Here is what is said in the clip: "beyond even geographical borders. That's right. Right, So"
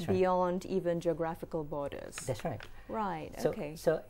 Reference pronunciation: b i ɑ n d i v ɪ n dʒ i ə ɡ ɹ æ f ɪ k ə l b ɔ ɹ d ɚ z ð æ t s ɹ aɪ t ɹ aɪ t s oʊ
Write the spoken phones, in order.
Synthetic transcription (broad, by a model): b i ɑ n d i v ɪ n dʒ i ə ɡ ɹ æ f ɪ k ə l b ɔ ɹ d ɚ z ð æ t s ɹ aɪ t ɹ aɪ t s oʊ